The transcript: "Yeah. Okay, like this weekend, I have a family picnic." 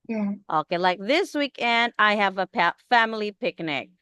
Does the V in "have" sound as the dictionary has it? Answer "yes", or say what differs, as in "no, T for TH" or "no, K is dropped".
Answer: no, P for V